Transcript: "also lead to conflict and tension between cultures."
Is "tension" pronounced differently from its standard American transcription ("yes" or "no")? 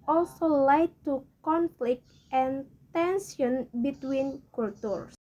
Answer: yes